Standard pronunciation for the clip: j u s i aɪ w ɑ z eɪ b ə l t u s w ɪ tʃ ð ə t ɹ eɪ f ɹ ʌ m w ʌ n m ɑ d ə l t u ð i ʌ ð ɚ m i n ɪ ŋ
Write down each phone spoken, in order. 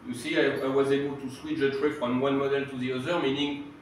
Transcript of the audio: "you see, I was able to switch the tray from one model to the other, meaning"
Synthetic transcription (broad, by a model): j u s i aɪ w ɑ z eɪ b ə l t u s w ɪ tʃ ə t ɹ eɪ f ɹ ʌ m w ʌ n m ɑ d ə l t u ð i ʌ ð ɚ m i n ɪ ŋ